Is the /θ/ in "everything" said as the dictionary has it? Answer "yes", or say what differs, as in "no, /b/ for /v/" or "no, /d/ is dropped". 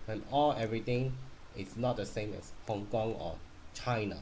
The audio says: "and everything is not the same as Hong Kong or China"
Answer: no, /t/ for /θ/